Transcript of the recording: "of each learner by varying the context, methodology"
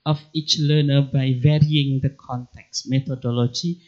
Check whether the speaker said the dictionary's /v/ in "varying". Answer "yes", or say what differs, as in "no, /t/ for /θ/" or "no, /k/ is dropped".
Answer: yes